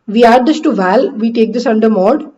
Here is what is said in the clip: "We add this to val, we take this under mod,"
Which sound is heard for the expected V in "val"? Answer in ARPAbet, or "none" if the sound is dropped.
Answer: V